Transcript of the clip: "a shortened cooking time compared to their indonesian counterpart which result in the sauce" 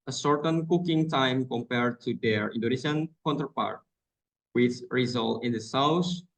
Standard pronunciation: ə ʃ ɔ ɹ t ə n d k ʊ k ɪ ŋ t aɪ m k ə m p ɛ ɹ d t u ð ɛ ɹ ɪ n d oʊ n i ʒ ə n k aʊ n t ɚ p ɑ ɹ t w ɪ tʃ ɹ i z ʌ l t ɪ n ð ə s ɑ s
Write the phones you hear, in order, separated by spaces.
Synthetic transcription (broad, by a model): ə s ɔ ɹ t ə n k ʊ k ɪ ŋ t aɪ m k ə m p ɛ ɹ d t u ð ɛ ɹ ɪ n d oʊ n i ʃ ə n k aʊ n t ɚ p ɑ ɹ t w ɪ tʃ ɹ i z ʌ l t ɪ n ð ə s ɑ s